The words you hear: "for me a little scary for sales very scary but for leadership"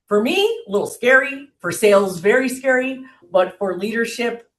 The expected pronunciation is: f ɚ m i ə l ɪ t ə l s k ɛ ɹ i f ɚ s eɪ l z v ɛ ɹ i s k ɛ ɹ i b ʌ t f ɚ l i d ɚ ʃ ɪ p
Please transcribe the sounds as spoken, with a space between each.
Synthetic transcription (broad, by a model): f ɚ m i ə l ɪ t l s k ɛ ɹ i f ɚ s eɪ l z v ɛ ɹ i s k ɛ ɹ i b ʌ t f ɚ l i d ɚ ʃ ɪ p